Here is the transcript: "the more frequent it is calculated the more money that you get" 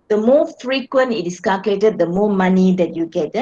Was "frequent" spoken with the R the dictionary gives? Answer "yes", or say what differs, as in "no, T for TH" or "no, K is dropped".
yes